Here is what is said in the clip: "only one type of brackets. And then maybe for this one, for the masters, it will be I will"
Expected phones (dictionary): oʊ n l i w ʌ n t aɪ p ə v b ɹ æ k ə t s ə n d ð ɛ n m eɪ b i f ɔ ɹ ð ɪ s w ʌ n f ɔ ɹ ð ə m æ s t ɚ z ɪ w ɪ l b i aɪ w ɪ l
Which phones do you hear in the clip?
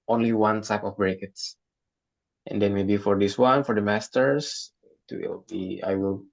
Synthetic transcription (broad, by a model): oʊ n l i w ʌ n s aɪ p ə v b ɹ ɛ k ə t s ə n d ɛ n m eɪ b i f ɔ ɹ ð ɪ s w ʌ n f ɔ ɹ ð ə m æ s t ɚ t ɪ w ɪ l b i aɪ w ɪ l